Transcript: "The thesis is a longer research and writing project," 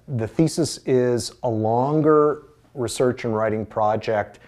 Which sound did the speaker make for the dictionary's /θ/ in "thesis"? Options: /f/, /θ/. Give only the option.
/θ/